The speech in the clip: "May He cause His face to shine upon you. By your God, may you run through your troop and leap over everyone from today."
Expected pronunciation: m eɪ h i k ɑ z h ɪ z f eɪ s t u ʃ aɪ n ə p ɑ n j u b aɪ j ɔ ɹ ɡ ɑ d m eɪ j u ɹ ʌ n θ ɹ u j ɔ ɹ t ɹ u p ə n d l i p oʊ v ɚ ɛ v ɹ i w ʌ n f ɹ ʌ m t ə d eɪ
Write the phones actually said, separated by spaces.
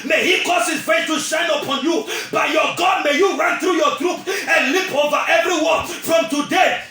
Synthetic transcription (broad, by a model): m eɪ h i k ɑ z h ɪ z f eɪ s t u ʃ aɪ n ə p ɑ n j u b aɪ j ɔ ɡ ɑ d m eɪ j u ɹ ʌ n θ ɹ u j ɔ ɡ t ɹ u p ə n l i p oʊ v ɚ ɛ v ɹ i w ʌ f ɹ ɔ m t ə d eɪ